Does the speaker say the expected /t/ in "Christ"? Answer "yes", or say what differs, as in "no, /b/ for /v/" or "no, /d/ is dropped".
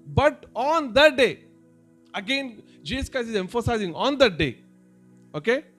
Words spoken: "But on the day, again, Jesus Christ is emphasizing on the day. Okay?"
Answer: no, /t/ is dropped